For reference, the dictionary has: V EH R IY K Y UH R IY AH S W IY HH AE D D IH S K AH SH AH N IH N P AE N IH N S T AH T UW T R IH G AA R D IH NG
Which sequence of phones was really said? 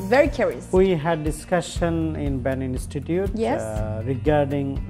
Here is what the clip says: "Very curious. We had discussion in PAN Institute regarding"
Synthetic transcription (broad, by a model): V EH R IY K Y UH R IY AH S W IY HH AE D D IH S K AH SH AH N IH N B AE N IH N S T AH T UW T R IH G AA R D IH NG